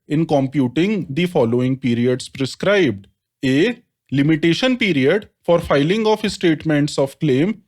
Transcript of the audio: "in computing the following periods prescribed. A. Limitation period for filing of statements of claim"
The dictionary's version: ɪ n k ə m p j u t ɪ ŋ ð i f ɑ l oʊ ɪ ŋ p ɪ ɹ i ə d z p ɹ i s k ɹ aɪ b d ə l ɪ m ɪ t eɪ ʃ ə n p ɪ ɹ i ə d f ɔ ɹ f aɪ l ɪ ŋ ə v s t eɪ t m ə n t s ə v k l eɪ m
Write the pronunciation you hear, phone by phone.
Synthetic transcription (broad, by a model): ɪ n k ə m p j u t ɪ ŋ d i f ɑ l oʊ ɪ ŋ p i ɹ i ə d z p ɹ i s k ɹ aɪ b d ə l ɪ m ɪ t eɪ ʃ ə n p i ɹ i ə d f ɔ ɹ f aɪ l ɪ ŋ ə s s t eɪ t m ə n t s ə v k l eɪ m